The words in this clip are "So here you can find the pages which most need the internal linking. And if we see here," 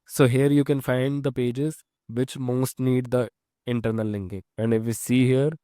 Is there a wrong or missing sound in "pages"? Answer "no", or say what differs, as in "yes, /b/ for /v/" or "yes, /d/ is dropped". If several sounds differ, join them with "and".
no